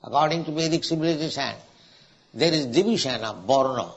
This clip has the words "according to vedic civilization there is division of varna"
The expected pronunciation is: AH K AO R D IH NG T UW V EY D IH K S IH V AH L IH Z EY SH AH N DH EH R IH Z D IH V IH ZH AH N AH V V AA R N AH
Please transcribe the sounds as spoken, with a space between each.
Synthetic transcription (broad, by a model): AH K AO R D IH NG T UW B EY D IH K S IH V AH L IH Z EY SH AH N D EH R IH Z D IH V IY SH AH N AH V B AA R N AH